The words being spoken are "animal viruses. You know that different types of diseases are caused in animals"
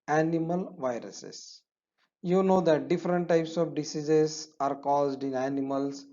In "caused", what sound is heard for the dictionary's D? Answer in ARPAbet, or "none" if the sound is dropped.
D